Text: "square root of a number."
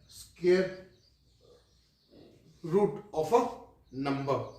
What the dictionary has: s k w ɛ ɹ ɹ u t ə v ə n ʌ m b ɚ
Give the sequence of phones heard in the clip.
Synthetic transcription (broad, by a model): s k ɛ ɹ ɹ u t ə p ə n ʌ m b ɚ